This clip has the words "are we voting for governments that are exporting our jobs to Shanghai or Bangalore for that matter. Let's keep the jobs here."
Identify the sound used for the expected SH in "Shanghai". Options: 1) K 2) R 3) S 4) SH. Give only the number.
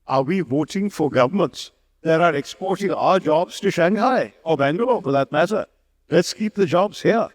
4